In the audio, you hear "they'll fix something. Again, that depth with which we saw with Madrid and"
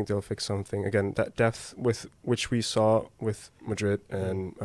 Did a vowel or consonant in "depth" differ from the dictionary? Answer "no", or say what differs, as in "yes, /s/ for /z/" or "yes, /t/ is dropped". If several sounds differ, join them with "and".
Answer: no